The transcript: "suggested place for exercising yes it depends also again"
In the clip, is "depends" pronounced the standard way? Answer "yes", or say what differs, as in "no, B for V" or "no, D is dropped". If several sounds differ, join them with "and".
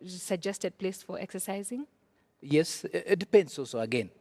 no, S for Z